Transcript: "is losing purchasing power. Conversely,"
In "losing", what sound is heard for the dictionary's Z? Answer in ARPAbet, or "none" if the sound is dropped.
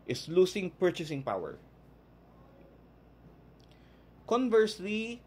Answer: S